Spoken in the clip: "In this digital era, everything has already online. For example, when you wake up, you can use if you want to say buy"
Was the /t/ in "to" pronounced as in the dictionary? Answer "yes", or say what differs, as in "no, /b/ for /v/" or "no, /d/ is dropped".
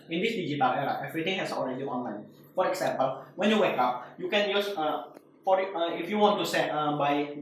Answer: no, /s/ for /t/